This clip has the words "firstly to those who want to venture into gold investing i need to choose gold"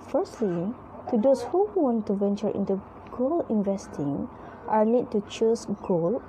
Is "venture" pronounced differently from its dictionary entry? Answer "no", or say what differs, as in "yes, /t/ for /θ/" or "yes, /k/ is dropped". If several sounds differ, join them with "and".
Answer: no